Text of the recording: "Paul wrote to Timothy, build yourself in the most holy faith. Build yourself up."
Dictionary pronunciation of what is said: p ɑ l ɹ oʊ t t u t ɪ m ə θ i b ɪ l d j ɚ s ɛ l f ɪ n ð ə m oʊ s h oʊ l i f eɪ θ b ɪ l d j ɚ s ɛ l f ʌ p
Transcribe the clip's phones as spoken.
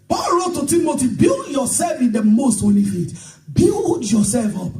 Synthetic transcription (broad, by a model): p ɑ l ɹ oʊ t t u t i m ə t i b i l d j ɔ s ɛ l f ɪ n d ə m oʊ s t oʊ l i f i t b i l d j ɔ s ɛ l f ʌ p